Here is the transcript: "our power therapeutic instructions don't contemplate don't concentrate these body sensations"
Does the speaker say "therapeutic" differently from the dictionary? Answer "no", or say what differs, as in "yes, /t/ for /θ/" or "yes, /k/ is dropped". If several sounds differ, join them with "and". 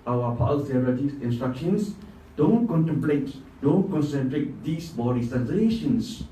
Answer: yes, /ɹ/ is dropped